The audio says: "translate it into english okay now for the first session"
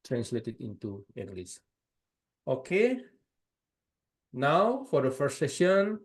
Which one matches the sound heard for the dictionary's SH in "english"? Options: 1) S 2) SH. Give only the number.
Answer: 1